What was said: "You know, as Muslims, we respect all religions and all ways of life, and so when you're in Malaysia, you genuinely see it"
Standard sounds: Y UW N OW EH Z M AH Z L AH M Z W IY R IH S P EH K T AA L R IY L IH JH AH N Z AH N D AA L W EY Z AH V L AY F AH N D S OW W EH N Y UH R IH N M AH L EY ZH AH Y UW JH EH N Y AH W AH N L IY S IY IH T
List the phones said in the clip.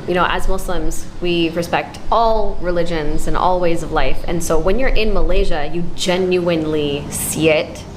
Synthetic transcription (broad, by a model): Y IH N OW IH Z M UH S L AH M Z W IY R IH S P EH K T AA L R IY L IH JH AH N Z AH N AA L W EY Z AH V L AY F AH N S OW W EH N Y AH R IH N M AH L EY ZH AH Y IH JH EH N Y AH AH N L IY S IY IH T